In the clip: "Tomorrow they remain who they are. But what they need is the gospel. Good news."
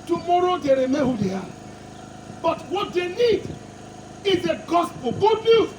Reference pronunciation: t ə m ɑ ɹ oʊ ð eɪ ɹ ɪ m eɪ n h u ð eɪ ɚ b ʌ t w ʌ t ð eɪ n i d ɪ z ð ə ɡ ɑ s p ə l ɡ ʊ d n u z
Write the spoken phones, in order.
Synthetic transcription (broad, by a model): t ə m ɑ ɹ oʊ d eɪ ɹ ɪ m eɪ h u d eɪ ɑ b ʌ t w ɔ t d eɪ n i d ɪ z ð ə ɡ ɑ s p ə l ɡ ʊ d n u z